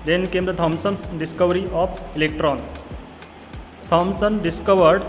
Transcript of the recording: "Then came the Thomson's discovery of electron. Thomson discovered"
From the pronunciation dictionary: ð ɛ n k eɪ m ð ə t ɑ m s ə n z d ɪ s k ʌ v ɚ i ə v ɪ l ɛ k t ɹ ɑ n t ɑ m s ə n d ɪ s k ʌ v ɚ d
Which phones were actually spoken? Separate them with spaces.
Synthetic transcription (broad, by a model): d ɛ n k eɪ m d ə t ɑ m s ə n s d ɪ s k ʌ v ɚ i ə p ɪ l ɛ k t ɹ ɑ n t ɑ m s ə n d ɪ s k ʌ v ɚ d